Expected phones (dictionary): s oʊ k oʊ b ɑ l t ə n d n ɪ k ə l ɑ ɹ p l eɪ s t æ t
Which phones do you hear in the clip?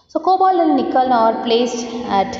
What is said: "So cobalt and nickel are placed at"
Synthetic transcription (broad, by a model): s oʊ k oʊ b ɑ l ə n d n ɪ k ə l ɑ ɹ p l eɪ s t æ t